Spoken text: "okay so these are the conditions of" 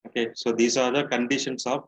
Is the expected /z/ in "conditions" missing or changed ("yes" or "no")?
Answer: yes